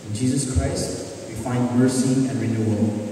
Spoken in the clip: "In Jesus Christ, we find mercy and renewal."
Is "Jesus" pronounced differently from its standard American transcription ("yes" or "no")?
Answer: no